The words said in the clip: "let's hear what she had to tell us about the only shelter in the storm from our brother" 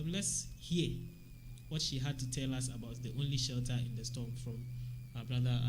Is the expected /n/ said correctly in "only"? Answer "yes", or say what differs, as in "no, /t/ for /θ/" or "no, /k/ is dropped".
yes